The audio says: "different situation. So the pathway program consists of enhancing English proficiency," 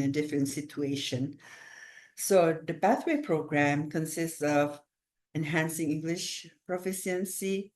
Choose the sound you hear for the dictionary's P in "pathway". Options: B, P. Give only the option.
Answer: B